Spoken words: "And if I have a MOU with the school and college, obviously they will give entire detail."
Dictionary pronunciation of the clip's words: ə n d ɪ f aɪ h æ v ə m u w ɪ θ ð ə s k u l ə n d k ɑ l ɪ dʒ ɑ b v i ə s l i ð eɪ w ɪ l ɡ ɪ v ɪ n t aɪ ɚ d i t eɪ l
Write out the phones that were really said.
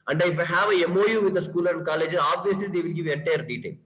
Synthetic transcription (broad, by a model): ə n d ɪ f aɪ h æ v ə m u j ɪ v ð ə s k u l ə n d k ɑ l ɪ dʒ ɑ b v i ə s l i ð eɪ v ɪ l ɡ ɪ v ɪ t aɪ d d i t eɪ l